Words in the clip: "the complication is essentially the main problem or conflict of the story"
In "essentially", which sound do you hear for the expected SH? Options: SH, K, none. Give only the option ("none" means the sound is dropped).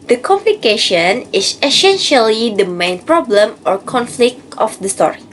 SH